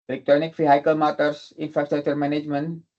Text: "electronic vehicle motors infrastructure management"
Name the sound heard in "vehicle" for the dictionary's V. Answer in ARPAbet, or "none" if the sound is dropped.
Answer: F